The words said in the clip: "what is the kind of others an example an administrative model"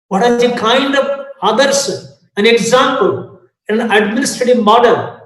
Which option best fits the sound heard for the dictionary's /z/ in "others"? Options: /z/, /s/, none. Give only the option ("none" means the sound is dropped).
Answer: /s/